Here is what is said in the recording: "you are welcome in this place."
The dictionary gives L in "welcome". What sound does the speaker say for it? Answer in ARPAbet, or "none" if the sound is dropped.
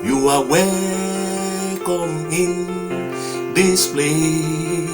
none